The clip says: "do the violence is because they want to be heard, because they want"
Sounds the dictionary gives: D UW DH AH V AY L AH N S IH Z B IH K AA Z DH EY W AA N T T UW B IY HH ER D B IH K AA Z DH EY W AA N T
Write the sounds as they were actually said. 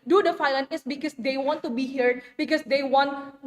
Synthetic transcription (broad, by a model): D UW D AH F AY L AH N IH S B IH K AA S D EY W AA N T T UW B IY HH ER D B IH K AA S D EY W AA N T